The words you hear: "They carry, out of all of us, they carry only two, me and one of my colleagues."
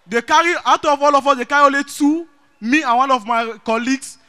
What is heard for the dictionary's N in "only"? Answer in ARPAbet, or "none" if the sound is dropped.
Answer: none